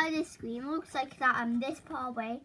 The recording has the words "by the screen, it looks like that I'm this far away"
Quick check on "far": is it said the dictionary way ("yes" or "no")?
no